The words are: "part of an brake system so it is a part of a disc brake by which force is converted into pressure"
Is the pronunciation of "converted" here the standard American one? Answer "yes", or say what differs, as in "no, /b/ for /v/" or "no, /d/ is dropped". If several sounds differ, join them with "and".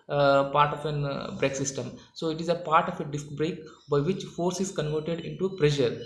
yes